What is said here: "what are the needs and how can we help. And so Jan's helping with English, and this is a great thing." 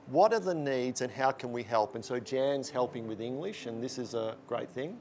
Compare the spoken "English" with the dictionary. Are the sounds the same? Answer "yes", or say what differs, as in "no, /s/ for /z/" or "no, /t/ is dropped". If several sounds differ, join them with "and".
yes